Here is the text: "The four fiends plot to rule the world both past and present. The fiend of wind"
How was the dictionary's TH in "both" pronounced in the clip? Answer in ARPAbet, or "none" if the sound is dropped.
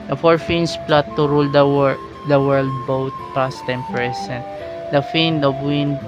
T